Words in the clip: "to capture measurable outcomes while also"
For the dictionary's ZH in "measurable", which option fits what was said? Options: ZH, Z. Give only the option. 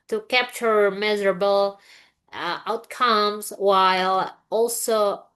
Z